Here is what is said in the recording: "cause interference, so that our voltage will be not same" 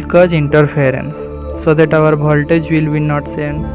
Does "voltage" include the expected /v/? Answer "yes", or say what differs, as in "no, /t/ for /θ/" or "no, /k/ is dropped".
no, /b/ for /v/